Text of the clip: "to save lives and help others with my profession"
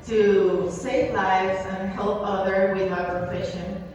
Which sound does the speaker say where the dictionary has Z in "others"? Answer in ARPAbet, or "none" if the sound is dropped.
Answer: none